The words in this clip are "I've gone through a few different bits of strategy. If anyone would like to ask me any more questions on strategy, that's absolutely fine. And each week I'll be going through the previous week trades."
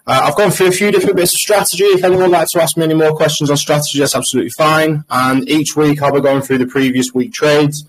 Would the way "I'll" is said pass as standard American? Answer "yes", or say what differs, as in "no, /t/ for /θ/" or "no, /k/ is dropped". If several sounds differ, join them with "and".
yes